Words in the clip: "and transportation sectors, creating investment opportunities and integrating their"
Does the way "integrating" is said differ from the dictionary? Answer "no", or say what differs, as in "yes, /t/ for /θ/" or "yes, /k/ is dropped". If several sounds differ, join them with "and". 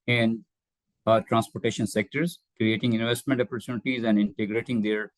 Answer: no